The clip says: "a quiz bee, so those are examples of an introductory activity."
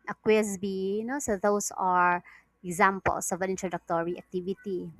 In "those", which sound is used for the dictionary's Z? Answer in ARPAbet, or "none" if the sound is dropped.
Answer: S